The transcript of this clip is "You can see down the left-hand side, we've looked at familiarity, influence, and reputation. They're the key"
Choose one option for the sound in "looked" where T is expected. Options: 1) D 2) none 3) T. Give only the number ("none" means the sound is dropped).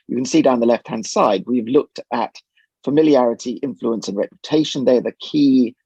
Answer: 3